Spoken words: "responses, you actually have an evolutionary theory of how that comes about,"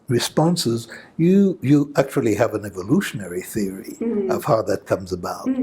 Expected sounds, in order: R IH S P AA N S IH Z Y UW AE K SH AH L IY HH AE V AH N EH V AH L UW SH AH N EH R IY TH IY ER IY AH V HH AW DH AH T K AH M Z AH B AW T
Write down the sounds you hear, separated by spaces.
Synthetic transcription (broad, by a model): R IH S P AA N S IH Z Y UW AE K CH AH L IY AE V AH N EH V AH L UW SH AH N EH R IY TH IY ER IY AH V HH AW DH AH T K AH M Z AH B AW T